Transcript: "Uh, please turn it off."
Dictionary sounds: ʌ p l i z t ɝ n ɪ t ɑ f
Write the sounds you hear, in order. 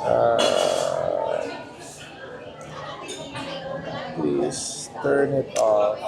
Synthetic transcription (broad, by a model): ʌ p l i s t ɝ n ɪ t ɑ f